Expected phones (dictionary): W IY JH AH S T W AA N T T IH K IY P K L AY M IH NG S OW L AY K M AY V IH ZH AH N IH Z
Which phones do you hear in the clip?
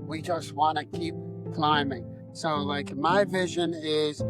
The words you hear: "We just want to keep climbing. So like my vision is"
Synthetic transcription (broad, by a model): W IY JH AH S T W AA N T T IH K IY P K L AY M IH NG S OW L AY K M AY V IH ZH AH N IH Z